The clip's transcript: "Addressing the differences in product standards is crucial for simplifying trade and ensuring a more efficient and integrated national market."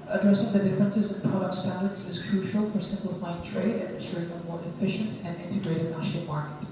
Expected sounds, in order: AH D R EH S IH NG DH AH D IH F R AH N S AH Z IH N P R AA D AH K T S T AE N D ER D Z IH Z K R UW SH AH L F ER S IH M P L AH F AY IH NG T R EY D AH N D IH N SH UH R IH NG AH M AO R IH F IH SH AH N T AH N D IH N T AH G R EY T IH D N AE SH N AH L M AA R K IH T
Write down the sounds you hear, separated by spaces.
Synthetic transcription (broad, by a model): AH D R EH S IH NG DH AH D IH F R AH N S AH Z IH N P R AA D AH K T S T AE N D ER D Z IH Z K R UW SH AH L F ER S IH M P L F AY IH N T R EY D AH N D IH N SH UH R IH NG AH M AO R IH F IH SH AH N T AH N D IH N T AH G R EY T IH D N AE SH AH M AA R K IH T